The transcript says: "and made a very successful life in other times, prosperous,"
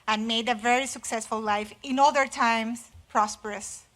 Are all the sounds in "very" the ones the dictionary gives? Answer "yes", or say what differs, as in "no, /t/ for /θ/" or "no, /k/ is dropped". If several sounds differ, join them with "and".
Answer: yes